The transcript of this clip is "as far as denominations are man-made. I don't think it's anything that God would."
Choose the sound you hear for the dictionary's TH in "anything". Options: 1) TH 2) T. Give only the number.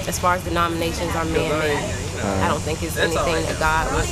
1